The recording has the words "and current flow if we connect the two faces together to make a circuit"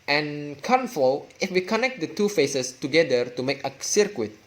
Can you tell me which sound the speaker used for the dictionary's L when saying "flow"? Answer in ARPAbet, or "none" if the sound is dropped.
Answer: none